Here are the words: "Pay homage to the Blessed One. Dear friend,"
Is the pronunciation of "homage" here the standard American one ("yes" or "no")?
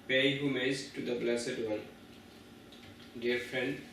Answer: no